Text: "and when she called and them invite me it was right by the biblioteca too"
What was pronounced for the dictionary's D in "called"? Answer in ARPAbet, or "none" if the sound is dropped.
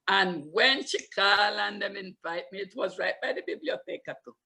none